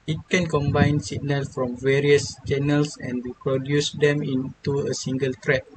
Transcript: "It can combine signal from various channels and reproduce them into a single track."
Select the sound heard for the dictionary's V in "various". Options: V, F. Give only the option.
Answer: V